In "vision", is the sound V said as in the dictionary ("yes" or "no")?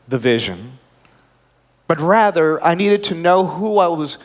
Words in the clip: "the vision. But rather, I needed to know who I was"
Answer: yes